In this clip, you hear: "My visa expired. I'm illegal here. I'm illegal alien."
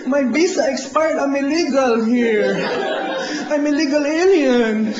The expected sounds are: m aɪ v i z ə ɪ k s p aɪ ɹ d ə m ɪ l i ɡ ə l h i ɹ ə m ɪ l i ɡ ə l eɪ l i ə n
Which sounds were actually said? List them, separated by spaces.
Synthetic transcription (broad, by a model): m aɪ b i s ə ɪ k s p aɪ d ə m ɪ l i ɡ ə l h i ɹ ə m ɪ l i ɡ ə l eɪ l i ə n